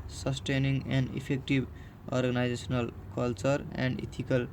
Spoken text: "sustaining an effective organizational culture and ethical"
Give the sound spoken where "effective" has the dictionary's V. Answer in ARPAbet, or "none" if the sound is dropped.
B